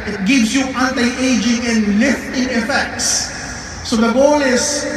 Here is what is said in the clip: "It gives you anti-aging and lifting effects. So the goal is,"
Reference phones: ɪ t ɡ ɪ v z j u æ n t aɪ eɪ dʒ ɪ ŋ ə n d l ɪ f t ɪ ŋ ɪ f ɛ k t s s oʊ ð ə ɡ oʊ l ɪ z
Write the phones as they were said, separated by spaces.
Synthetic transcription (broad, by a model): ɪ t ɡ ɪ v s j u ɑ n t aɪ eɪ dʒ ɪ ŋ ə n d l ɪ f t ɪ ŋ ɪ f ɛ k t s s oʊ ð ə ɡ oʊ l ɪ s